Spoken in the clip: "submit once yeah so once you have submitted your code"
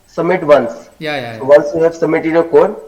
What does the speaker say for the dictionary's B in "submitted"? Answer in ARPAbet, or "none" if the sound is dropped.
none